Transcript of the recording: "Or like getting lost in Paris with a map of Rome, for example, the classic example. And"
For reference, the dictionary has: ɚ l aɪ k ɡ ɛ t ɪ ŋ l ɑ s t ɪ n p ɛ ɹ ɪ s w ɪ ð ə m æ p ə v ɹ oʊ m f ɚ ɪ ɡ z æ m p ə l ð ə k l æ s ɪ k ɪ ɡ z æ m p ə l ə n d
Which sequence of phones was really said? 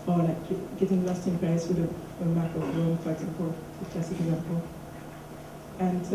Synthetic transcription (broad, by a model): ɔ l aɪ k ɡ ɛ t ɪ ŋ l ɑ s t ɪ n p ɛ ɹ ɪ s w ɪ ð ə m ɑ ə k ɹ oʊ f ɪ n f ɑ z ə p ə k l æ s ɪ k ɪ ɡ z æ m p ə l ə n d